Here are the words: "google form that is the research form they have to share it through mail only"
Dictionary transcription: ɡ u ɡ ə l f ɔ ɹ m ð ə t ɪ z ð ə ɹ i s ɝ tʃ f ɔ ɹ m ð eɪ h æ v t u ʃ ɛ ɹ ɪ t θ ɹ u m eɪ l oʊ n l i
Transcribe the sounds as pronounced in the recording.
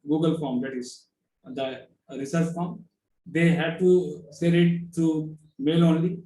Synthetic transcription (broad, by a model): ɡ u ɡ ə l f ɔ ɹ m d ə t ɪ z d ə ɹ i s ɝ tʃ f ɔ ɹ m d eɪ h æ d t u s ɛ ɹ ɪ t t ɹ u m eɪ l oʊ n l i